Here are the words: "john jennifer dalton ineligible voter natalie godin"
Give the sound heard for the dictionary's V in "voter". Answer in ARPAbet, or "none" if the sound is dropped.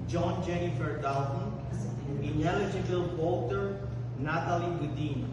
B